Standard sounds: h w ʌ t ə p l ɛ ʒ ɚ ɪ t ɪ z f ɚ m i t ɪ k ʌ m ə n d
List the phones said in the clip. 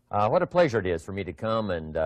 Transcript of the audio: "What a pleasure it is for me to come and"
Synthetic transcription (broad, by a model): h w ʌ t ə p l ɛ ʒ ɚ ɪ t ɪ z f ɚ m i t ɪ k ʌ m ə n